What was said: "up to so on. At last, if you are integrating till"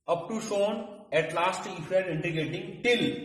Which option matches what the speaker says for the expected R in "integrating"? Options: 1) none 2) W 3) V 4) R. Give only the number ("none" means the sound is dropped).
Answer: 1